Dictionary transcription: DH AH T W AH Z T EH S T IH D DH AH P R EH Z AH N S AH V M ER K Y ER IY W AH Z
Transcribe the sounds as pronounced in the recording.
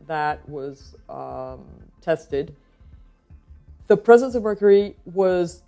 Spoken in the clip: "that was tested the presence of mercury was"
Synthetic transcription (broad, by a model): DH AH T W AH Z T EH S T IH D DH AH P R EH Z AH N S AH V M ER K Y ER IY W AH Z